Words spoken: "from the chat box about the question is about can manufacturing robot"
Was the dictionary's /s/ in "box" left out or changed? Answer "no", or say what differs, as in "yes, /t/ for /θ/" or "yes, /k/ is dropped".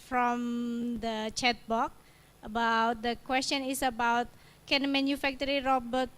yes, /s/ is dropped